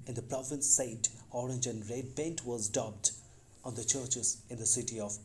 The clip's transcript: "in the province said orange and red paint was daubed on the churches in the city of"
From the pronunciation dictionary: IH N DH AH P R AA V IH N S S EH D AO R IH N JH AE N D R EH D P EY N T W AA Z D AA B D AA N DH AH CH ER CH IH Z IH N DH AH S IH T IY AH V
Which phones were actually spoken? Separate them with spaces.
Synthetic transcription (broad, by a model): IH N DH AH P R AA V IH N S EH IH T AO R IH N JH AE N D R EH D B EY N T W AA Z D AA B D AA N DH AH CH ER CH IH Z IH N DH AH S IH T IY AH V